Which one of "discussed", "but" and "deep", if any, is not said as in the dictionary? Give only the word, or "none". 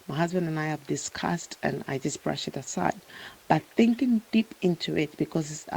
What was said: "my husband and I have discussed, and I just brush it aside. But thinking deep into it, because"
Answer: none